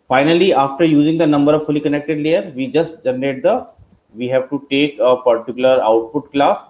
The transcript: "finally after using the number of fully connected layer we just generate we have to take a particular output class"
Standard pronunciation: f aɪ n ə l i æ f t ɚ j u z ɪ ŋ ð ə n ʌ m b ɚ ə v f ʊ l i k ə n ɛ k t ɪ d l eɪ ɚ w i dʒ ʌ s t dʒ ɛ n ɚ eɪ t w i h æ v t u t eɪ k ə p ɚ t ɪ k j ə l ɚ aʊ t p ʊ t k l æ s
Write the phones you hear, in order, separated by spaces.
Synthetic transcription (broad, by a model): f aɪ n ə l i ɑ f t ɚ j u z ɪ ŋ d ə n ʌ m b ɚ ə v f ʊ l i k ə n ɛ k t ɪ d l eɪ ɚ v i dʒ ʌ s t dʒ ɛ n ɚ eɪ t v i h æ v t u t eɪ k ə p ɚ t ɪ k j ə l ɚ aʊ t p ʊ t k l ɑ s